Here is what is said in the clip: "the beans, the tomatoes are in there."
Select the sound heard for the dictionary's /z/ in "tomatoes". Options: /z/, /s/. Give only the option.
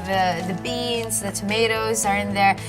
/z/